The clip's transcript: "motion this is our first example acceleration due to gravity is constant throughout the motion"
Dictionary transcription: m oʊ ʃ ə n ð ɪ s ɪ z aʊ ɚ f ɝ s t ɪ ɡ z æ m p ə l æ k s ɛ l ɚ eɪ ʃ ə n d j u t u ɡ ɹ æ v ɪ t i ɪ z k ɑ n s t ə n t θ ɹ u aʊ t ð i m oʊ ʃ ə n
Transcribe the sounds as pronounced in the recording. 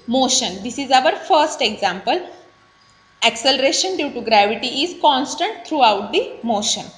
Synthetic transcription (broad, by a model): m oʊ ʃ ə n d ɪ s ɪ z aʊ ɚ f ɝ s t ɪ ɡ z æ m p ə l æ k s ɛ l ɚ eɪ ʃ ə n d j u t u ɡ ɹ æ v ɪ t i ɪ z k ɑ n s t ə n t t ɹ u aʊ t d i m oʊ ʃ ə n